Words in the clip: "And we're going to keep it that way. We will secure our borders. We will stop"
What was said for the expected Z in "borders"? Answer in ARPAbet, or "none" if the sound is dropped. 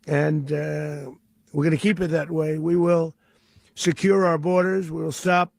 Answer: Z